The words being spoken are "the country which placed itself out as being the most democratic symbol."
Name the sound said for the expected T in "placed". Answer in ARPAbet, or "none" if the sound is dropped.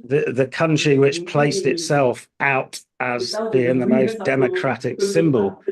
T